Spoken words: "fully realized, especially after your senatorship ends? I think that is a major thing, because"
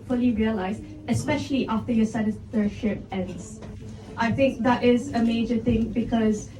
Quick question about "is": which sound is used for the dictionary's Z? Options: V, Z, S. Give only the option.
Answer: Z